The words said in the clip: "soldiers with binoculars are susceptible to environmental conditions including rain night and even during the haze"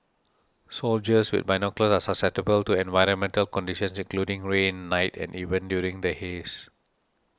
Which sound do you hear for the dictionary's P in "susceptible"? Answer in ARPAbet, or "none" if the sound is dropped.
none